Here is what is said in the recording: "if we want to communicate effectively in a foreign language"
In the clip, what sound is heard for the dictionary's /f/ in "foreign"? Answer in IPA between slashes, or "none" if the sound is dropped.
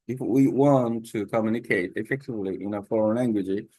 /f/